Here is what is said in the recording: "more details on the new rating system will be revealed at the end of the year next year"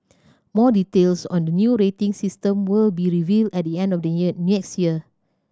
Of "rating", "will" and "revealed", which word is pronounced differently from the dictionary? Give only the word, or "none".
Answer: none